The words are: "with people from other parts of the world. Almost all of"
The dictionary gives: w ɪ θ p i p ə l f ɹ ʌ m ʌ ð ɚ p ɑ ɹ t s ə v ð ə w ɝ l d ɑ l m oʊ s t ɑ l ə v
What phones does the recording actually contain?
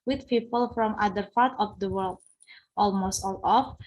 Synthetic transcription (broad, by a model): w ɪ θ p i p ə l f ɹ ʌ m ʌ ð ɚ p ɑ ɹ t ə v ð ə w ɝ l d ɑ l m oʊ s t ɑ l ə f